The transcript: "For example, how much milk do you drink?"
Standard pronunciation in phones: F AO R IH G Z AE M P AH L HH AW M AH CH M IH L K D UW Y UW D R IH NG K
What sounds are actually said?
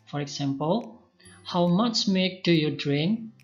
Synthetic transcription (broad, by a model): F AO R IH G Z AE M P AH L HH AW M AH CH M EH K D UW Y UW D R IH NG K